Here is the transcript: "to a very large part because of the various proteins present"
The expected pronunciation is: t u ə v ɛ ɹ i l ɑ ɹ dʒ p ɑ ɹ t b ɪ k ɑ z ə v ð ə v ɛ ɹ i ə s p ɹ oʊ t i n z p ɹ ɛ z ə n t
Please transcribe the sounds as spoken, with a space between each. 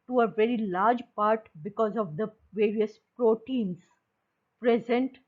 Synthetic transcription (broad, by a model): t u ə v ɛ ɹ i l ɑ ɹ dʒ p ɑ ɹ t b ɪ k ɑ z ə v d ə v ɛ ɹ i ə s p ɹ oʊ t i n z p ɹ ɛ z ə n t